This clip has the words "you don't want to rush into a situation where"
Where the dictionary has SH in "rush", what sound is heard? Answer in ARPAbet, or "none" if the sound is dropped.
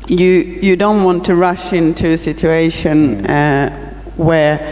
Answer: SH